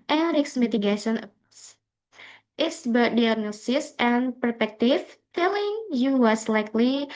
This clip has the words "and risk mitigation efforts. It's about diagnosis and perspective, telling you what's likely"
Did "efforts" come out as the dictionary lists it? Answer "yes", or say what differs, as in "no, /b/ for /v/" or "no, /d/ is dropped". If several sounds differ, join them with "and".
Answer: no, /s/ is dropped